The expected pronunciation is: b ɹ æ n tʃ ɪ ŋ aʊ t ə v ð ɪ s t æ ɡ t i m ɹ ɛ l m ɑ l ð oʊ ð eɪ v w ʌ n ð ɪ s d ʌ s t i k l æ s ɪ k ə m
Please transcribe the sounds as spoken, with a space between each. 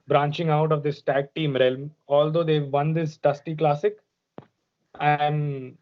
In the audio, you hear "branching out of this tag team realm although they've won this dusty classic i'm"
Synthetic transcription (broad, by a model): b ɹ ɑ n tʃ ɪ ŋ aʊ t ə v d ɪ s t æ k t i m ɹ ɛ l m ɑ l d oʊ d eɪ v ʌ n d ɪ s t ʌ s t i k l æ s ɪ k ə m